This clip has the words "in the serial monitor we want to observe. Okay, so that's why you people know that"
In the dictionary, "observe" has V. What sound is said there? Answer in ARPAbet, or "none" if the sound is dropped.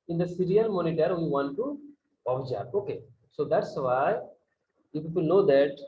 P